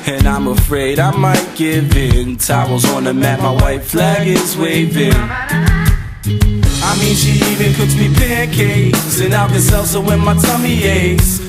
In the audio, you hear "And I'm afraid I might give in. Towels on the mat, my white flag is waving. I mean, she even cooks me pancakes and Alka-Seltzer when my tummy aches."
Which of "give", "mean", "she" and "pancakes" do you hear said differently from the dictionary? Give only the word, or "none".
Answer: pancakes